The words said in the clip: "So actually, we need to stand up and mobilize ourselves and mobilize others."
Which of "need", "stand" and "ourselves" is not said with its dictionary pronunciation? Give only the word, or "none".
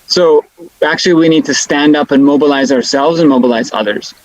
none